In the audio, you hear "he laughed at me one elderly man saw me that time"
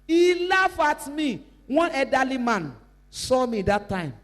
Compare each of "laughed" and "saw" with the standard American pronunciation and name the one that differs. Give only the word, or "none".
laughed